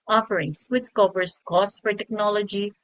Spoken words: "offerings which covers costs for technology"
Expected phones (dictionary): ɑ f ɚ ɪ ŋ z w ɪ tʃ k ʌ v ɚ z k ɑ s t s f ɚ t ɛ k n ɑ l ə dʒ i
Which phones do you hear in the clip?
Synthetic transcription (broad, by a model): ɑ f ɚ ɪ ŋ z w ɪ s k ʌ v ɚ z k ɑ s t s f ɚ t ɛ k n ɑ l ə dʒ i